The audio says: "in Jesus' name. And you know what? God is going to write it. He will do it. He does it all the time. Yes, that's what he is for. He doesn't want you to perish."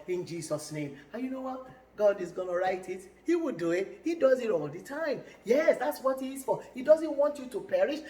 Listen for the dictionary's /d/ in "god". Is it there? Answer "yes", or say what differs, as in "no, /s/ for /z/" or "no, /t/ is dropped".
yes